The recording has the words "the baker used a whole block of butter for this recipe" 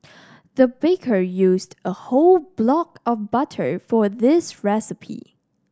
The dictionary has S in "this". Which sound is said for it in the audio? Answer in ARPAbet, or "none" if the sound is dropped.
S